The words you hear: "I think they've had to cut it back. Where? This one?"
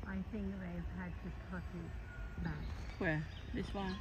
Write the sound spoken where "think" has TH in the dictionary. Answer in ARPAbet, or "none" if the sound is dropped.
TH